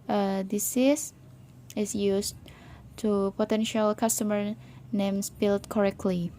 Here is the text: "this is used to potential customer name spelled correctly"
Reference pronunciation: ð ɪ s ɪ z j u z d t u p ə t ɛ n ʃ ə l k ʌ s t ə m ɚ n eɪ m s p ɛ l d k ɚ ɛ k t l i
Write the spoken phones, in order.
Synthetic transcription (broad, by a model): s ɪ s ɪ s j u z t u p ə t ɛ n ʃ ə l k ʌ s t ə m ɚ n eɪ m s b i l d k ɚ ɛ k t l i